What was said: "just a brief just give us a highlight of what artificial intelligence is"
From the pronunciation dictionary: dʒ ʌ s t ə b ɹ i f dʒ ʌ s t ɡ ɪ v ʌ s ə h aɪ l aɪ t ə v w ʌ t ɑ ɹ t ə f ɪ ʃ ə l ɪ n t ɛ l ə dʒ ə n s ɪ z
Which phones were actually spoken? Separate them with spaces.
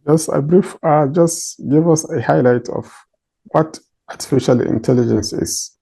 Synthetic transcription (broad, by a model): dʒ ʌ s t ə b ɹ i f dʒ ʌ s t ɡ ɪ v ʌ s ə h aɪ l aɪ t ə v w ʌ t ɑ ɹ t ə f ɪ ʃ ə l ɪ n t ɛ l ə dʒ ə n s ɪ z